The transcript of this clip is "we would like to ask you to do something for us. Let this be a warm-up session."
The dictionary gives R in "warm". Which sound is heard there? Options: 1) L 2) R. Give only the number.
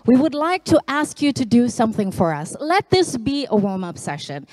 1